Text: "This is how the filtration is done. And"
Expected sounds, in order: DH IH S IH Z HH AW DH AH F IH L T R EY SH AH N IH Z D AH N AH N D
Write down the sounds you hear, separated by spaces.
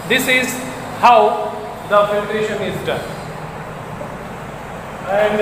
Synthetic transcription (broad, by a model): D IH S IH Z HH AW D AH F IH T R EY SH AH N IH Z D AH N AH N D